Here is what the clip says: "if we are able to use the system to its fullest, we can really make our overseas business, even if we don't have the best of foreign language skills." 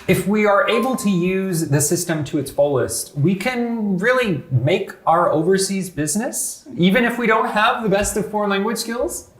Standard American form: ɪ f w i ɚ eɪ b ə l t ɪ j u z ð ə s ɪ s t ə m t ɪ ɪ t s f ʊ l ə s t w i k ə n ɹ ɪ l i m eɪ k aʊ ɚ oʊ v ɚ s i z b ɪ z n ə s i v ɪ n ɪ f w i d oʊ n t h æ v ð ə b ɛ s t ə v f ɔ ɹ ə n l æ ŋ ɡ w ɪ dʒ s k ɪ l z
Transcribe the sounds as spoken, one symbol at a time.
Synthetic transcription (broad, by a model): ɪ f w i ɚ eɪ b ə l t ɪ j u z ð ə s ɪ s t ə m t ɪ ɪ t s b ʊ l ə s t w i k ə n ɹ ɪ l i m eɪ k aʊ ɚ oʊ v ɚ s i z b ɪ z n ə s i v ɪ n ɪ f w i d oʊ n t h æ v ð ə b ɛ s t ə v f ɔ ɹ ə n l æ ŋ ɡ w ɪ ʒ s k ɪ l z